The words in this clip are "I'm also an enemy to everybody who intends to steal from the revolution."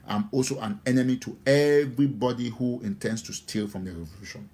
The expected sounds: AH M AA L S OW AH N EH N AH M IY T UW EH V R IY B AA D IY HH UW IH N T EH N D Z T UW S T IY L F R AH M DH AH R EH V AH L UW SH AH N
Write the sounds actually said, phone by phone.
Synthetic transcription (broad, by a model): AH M AA L S OW AH N EH N AH M IY T UW EH V R IY B AA D IY HH UW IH N T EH N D S T UW S T IY L F R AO M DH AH R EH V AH L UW SH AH N